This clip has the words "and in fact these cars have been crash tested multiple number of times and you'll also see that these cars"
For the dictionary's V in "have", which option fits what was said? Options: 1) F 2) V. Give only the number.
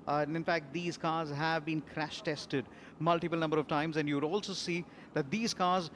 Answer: 2